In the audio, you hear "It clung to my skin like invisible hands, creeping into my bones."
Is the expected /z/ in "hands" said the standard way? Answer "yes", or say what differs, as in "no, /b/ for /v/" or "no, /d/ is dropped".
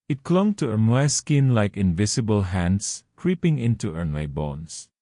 no, /s/ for /z/